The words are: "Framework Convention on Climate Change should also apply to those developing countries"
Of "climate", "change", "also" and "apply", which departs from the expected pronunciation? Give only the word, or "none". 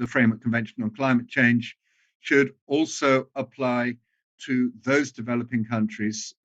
change